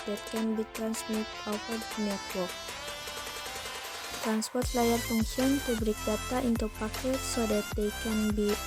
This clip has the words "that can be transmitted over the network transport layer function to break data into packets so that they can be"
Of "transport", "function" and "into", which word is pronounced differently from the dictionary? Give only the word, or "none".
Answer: function